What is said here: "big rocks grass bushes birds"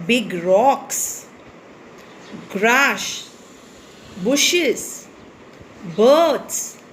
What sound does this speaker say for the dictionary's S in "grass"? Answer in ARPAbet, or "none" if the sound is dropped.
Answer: SH